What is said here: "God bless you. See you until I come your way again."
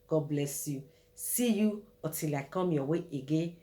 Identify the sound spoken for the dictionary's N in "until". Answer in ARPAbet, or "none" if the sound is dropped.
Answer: none